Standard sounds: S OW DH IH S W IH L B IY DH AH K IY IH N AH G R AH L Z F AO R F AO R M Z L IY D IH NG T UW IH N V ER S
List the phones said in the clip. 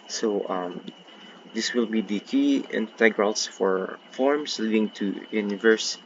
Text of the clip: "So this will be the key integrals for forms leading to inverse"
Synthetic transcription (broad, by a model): S OW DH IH S W IH L B IY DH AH K IY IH N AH G R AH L S F AO R F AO R M S L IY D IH NG T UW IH N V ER S